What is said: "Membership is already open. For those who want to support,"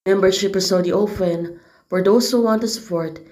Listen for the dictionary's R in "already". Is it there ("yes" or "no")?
no